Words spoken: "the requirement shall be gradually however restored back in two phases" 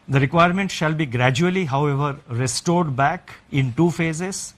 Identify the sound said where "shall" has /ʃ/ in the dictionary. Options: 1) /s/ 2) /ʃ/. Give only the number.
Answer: 2